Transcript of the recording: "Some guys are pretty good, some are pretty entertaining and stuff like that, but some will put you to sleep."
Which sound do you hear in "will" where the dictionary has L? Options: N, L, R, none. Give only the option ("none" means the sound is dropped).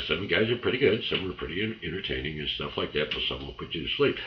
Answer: N